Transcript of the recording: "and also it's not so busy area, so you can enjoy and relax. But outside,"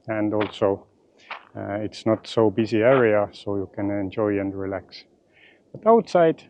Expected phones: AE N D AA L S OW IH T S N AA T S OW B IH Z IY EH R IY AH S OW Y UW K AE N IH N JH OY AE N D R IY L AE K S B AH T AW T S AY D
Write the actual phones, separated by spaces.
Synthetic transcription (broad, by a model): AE N D AA L S OW IH T S N AA T S OW B IH Z IY EH R IY AH S OW Y UW K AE N IH N JH OY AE N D R IY L AE K S B AH T AW T S AY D